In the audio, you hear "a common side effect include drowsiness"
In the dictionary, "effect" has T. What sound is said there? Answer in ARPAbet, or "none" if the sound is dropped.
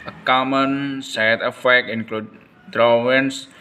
none